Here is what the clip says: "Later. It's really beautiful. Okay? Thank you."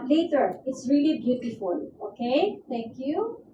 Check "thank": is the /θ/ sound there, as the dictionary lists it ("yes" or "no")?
no